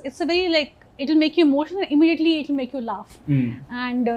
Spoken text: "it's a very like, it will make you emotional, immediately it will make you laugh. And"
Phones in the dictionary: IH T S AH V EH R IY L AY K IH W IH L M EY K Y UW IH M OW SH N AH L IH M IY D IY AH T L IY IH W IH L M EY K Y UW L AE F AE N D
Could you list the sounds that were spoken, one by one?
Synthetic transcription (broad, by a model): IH T S AH V EH R IY L AY K IH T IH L M EY K Y UW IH M OW SH AH N IH M IY D IY AH T L IY IH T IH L M EY K Y UW L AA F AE N D